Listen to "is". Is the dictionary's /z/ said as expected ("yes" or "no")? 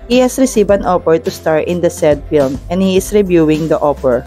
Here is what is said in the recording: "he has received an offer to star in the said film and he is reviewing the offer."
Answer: no